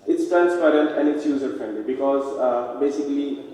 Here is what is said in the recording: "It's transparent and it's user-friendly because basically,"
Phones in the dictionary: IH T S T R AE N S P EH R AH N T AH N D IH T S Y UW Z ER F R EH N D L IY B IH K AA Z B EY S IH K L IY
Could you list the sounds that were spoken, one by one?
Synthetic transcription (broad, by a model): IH T S T R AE N S P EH R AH N T AH N D IH T S Y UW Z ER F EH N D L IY B IH K AA Z B EY S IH K L IY